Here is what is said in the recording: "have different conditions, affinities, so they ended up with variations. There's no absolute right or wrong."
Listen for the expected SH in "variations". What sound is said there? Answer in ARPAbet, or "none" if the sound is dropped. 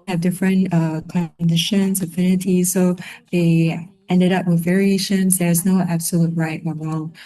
SH